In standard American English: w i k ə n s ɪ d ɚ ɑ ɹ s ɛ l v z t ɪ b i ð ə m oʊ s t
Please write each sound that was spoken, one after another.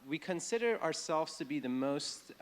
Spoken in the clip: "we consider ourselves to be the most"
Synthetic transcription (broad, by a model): w i k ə n s ɪ d ɚ ɑ ɹ s ɛ l v z t ɪ b i ð ə m oʊ s t